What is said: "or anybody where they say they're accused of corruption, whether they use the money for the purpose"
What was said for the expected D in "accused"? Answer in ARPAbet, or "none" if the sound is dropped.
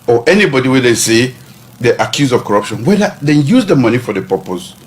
none